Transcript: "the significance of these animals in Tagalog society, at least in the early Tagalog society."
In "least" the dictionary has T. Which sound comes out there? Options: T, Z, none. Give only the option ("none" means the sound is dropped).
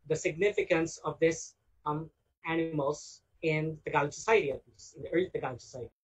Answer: none